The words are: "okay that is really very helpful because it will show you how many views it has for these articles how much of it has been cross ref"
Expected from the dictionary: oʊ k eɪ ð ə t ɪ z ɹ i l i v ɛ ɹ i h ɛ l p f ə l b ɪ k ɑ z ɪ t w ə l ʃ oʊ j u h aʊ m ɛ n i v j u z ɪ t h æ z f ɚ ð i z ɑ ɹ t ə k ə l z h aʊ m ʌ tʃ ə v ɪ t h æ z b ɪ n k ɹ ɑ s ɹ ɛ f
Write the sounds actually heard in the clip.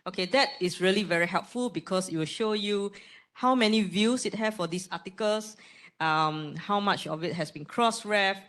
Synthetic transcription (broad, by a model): oʊ k eɪ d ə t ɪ s ɹ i l i v ɛ ɹ i h ɛ l p f ə l b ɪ k ɑ s ɪ t w ə l ʃ oʊ j u h aʊ m ɛ n i v j u s ɪ t h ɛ s f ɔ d i s ɑ t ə k ə l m h aʊ m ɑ tʃ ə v ɪ t h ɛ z b ɪ n k ɹ ɑ s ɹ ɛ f